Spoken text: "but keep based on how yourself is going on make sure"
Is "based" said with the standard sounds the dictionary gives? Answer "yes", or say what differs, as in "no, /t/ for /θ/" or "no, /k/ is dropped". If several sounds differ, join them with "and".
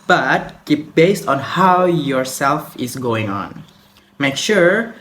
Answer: yes